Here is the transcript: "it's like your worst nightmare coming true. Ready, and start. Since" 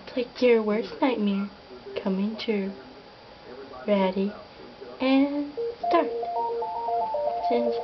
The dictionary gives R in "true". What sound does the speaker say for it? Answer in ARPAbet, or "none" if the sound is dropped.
none